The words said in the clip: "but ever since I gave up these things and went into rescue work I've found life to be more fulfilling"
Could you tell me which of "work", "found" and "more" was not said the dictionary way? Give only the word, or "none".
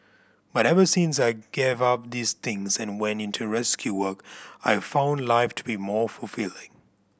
none